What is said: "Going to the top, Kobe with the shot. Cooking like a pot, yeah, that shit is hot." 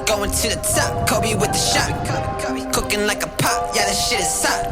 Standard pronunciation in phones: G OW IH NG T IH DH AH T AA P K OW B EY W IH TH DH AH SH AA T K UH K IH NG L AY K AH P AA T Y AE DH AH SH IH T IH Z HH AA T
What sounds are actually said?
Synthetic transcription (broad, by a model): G OW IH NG T IH DH AH T AA P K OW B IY W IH DH AH SH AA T K UH K IH NG L AY K AH P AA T Y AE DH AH SH IH T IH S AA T